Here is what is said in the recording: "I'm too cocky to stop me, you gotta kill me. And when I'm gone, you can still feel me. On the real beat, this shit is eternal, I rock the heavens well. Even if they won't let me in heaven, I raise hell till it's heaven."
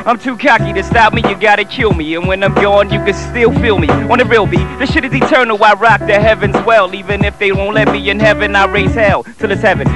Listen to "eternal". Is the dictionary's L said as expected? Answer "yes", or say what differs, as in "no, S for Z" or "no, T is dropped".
no, W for L